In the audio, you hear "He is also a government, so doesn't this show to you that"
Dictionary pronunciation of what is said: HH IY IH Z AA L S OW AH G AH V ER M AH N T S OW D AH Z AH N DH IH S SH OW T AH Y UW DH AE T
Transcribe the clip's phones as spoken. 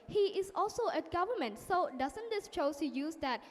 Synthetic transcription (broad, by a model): HH IY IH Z AA L S OW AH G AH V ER M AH N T S OW D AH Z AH N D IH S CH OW S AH Y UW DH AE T